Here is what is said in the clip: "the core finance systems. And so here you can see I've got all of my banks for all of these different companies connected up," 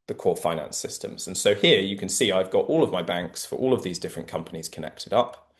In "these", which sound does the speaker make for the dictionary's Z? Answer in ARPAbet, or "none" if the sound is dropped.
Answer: Z